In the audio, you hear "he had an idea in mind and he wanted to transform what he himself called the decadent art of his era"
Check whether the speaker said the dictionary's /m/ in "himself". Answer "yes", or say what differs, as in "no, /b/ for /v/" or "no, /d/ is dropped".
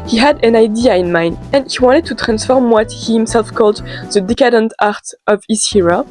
yes